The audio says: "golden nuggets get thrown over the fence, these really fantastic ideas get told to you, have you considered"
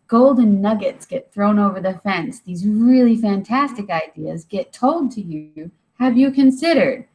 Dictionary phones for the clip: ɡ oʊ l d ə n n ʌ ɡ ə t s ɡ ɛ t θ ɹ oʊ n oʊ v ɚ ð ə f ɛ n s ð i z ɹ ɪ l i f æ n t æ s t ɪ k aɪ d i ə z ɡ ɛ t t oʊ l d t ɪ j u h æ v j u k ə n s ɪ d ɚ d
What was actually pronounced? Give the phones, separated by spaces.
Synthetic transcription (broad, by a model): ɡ oʊ l d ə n n ʌ ɡ ə t s ɡ ɛ t θ ɹ oʊ n oʊ v ɚ ð ə f ɛ n s ð i z ɹ ɪ l i f æ n t æ s t ɪ k aɪ d i ə z ɡ ɛ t t oʊ l d t ɪ j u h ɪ v j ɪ k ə n s ɪ d ɚ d